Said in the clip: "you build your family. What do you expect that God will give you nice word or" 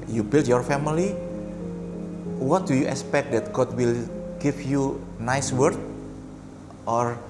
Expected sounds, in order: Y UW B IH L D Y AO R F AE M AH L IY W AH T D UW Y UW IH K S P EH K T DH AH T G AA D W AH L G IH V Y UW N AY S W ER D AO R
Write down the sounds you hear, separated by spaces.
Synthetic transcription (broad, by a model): Y UW B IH L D Y AO R F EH M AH L IY W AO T D UW Y UW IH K S P EH K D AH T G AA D W AH L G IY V Y UW N AY S W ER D AO R